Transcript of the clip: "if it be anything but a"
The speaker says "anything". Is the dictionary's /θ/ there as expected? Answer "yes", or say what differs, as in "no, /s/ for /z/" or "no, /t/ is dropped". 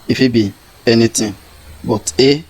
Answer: no, /t/ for /θ/